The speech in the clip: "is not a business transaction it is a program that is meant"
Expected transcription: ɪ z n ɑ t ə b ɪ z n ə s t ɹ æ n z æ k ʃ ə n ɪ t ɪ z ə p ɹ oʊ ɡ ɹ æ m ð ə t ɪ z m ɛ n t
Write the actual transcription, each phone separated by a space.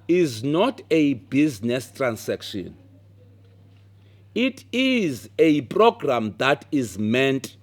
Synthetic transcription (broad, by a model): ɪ z n ɑ t ə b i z n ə s t ɹ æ n s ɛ k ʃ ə n ɪ t ɪ z ə p ɹ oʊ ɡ ɹ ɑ m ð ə t ɪ z m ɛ n t